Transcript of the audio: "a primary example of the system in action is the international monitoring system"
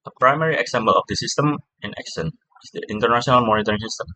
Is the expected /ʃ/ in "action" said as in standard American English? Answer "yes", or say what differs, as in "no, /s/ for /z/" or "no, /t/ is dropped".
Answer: no, /s/ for /ʃ/